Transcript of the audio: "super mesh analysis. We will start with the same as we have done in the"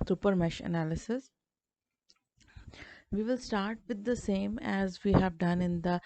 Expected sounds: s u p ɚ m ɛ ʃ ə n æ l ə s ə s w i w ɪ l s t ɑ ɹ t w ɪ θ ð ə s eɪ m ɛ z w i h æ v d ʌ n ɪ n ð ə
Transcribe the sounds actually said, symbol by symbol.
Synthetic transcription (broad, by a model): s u p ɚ m ɛ ʃ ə n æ l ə s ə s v i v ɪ l s t ɑ ɹ t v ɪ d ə s eɪ m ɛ z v i h æ v d ʌ n ɪ n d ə